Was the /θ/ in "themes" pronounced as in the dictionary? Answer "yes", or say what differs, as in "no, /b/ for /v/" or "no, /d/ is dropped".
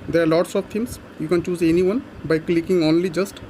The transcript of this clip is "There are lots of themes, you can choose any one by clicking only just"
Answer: no, /t/ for /θ/